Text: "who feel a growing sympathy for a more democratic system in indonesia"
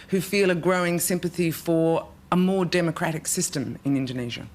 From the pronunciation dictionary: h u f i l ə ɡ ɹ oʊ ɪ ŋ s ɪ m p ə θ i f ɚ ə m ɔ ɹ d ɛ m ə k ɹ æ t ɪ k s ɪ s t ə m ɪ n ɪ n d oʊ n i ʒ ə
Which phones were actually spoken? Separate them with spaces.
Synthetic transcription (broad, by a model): h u f i l ə ɡ ɹ oʊ ɪ ŋ s ɪ m p ə θ i f ɚ ə m ɔ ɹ d ɛ m ə k ɹ æ t ɪ k s ɪ s t ə m ɪ n ɪ n d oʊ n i ʒ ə